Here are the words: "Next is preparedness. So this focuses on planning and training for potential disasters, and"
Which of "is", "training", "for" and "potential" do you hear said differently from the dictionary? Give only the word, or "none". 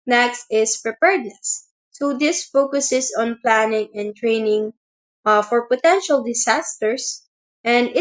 is